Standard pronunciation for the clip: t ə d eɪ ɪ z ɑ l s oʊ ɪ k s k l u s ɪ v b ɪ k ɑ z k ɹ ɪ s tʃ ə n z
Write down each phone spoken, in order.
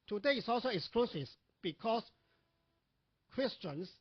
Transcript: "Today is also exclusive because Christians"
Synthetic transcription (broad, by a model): t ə d eɪ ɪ s ɑ l s oʊ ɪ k s k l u s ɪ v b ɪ k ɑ s k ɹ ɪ s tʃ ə n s